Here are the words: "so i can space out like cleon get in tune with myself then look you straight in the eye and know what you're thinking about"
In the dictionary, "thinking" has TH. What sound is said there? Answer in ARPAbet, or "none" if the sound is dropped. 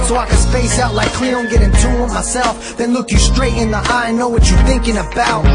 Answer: TH